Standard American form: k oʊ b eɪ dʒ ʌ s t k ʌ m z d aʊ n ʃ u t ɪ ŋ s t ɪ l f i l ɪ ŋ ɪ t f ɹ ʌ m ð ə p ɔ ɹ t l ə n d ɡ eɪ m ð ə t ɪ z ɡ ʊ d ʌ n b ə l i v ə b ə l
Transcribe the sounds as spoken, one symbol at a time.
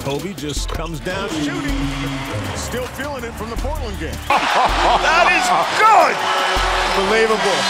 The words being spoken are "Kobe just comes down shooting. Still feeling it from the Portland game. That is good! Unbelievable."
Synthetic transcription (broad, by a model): oʊ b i dʒ ʌ s k ʌ m z d aʊ n ʃ u t ɪ ŋ s t ɪ l f i l ɪ ŋ ɪ t f ɹ ʌ m ð ə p ɔ ɹ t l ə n ɡ eɪ m ð ə t ɪ z ɡ ʊ d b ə l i v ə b l